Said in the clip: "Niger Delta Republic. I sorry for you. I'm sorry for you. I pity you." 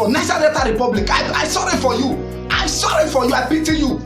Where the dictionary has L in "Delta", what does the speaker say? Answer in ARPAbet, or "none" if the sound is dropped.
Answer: none